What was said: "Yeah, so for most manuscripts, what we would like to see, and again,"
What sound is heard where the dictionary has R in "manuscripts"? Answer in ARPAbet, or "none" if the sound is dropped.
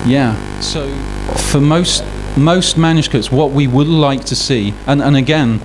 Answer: none